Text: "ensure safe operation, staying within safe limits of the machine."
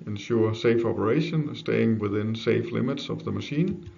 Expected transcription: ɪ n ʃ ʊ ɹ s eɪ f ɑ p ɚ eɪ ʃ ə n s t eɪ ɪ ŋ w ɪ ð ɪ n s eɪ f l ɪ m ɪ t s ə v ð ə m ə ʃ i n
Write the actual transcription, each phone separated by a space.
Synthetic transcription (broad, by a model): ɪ n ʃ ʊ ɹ s eɪ f ɑ p ɚ eɪ ʃ ə n s t eɪ ɪ ŋ w ɪ ð ɪ n s eɪ f l ɪ m ɪ t s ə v ð ə m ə ʃ i n